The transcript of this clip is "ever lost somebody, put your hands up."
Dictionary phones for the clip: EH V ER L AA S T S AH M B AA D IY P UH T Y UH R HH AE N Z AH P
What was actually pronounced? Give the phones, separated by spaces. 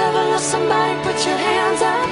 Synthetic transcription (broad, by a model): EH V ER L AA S S AH M B AA D IY P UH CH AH R HH AE N Z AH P